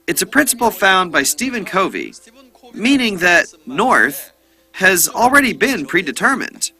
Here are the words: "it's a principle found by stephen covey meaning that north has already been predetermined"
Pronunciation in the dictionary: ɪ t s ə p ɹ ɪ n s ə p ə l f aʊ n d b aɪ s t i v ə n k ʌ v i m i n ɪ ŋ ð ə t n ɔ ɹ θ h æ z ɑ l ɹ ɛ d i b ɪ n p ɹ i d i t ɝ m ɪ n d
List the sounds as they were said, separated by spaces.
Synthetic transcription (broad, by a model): ɪ t s ə p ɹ ɪ n s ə p l f aʊ n b aɪ s t i v ə n k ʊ v i m i n ɪ ŋ ð ə t n ɔ ɹ θ h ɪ z l ɹ ɛ d i b ɪ n p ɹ i d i t ɝ m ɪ n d